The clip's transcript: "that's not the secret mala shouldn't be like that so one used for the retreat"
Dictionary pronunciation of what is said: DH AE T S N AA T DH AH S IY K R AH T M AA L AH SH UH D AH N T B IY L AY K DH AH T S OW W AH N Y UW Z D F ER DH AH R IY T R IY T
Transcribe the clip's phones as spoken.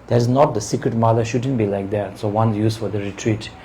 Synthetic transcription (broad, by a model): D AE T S N AA T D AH S IY K R AH T M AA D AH SH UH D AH N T B IY L AY K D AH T S OW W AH N Y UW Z F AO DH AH R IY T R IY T